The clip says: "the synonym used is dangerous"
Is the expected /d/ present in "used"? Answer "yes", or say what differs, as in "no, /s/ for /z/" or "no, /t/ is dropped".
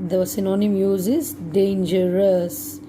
no, /d/ is dropped